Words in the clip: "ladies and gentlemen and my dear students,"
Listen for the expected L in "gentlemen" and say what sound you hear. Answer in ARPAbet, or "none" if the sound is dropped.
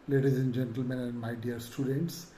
L